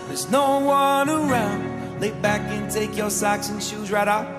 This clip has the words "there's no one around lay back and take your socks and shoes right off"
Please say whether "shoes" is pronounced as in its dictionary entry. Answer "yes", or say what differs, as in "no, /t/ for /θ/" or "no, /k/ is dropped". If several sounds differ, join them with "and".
yes